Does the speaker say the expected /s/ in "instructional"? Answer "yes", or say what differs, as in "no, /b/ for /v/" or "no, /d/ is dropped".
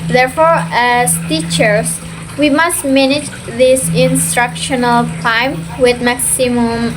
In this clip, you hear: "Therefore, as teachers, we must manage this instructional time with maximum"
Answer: yes